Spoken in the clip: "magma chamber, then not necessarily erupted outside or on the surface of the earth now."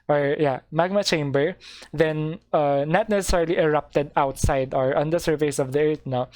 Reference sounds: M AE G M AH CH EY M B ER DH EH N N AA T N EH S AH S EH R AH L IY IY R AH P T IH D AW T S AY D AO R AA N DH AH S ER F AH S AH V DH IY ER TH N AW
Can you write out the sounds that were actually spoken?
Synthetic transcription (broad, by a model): M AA G M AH CH EY M B ER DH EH N N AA T N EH S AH S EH R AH L IY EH R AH P T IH D AW T S AY D AO R AA N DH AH S ER F AH S AH V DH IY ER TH N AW